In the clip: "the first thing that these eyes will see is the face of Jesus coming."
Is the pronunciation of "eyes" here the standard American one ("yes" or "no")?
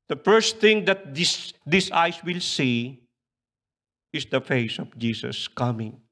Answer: no